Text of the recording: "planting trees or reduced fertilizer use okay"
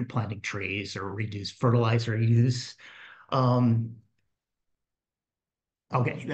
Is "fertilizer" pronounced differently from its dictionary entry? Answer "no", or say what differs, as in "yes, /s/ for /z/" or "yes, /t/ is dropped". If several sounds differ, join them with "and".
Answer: no